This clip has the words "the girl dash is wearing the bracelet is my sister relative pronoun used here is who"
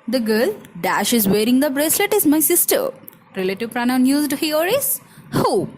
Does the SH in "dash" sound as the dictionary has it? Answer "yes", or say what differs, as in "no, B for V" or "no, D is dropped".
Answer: yes